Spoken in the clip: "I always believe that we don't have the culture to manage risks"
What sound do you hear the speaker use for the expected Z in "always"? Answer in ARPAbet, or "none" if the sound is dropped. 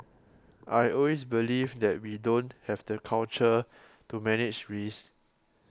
S